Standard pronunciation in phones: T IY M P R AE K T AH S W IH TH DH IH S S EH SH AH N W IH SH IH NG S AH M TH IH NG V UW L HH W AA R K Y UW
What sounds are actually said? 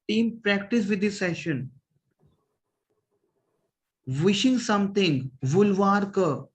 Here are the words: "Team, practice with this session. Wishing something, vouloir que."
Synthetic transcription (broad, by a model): T IY M P R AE K T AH S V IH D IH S S EH SH AH N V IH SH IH NG S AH M T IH NG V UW L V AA R K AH